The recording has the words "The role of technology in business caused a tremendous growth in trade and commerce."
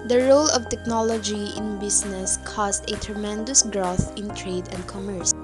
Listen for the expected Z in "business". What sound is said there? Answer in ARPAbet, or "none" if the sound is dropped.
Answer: S